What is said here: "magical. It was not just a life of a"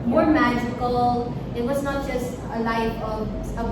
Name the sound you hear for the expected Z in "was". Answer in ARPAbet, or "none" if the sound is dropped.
Z